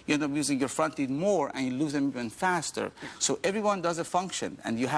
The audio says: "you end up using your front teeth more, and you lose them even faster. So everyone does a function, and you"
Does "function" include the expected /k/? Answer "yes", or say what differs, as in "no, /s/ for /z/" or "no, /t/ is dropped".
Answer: yes